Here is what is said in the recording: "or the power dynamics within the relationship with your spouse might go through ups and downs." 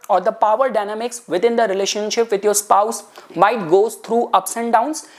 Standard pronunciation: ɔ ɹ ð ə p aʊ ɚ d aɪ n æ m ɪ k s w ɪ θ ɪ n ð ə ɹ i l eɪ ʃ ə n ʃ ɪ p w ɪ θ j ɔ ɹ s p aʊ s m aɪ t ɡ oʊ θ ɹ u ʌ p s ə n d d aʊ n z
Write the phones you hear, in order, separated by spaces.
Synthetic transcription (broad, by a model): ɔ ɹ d ə p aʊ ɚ d aɪ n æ m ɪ k s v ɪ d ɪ n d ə ɹ i l eɪ ʃ ə n ʃ ɪ p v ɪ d j ɔ ɹ s p aʊ s m aɪ t ɡ oʊ t ɹ u ʌ p s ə n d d aʊ n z